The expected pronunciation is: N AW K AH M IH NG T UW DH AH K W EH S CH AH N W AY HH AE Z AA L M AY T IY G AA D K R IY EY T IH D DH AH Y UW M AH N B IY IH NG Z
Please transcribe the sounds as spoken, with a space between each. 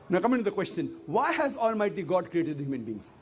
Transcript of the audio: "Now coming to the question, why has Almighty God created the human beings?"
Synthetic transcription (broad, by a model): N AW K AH M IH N T UW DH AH K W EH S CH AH N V AY HH AE Z AA L M AY T IY G AA D K R IY EY T IH D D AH Y UW M AH N B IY NG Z